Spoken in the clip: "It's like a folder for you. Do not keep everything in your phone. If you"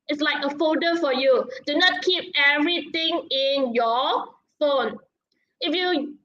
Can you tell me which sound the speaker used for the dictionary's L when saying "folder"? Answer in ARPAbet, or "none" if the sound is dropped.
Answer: none